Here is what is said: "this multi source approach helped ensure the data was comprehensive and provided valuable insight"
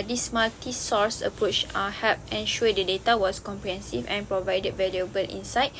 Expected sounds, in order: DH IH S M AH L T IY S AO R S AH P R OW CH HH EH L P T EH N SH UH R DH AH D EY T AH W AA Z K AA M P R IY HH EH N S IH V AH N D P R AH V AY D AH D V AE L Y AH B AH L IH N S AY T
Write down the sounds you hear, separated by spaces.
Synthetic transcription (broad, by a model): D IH S M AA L T IY S AO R S AH P R OW CH HH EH P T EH N SH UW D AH D EY T AH W AA S K AA M P R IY HH EH N S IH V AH N P R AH V AY D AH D V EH L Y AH B AH L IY N S AY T